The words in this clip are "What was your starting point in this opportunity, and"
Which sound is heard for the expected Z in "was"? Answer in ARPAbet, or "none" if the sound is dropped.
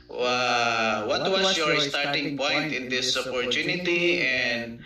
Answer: S